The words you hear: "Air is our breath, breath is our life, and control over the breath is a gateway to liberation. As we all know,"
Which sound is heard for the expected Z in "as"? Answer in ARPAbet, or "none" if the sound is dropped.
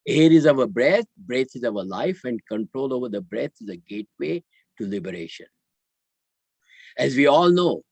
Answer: Z